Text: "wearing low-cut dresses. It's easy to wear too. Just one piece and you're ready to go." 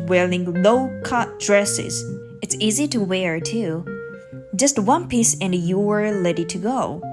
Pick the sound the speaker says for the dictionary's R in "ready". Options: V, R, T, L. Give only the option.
L